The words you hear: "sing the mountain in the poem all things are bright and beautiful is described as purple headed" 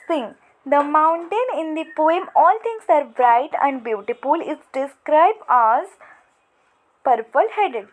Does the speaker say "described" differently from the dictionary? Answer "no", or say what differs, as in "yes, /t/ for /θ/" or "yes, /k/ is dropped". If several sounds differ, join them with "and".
no